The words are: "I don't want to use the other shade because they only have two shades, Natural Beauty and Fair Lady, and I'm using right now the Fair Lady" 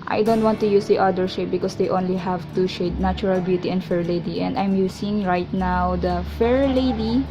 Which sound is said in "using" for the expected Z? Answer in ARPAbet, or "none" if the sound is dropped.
S